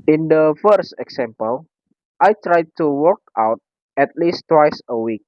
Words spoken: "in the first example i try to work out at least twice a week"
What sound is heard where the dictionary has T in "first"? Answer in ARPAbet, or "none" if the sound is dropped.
T